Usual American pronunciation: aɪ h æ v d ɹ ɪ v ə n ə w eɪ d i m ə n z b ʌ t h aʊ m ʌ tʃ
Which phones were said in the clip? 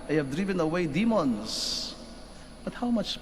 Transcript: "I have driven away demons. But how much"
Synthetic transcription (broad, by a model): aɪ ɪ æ v d ɹ ɪ v ə n ə w eɪ d i m ə n z b ʌ t h aʊ m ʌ tʃ